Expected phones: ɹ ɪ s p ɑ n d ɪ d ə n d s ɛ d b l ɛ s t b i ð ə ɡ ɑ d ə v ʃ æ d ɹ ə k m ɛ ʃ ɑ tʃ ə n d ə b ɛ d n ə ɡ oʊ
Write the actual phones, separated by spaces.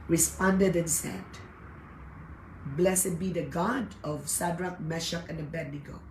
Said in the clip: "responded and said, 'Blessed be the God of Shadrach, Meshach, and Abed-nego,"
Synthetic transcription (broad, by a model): ɹ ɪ s p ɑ n d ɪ d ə n s ɛ d b l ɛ s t b i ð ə ɡ ɑ d ə v s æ d ɹ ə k m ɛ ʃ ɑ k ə n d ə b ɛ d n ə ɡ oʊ